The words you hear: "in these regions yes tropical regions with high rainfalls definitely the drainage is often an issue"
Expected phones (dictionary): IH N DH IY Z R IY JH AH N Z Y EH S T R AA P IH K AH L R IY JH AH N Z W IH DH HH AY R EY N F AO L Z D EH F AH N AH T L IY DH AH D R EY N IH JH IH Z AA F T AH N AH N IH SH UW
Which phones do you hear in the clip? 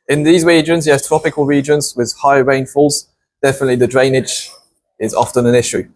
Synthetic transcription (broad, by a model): IH N DH IY Z R IY JH AH N Z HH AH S T R AA P IH K AH L R IY JH AH N Z W IH DH HH AY R EY N F AO L Z D EH F AH N AH T L IY DH AH D R EY N IH JH IH Z AA F T AH N AH N IH SH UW